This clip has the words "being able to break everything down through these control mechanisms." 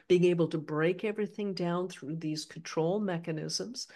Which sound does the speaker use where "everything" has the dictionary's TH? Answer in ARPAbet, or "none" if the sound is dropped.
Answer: TH